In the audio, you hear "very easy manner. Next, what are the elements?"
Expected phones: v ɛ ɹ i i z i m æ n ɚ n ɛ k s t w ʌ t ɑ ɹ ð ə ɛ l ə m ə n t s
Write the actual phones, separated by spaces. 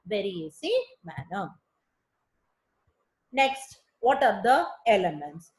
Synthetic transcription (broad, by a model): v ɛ ɹ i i s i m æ n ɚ n ɛ k s t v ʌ t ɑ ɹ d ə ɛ l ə m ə n t s